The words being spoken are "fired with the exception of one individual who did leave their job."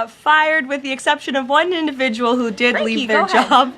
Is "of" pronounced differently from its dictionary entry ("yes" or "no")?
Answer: no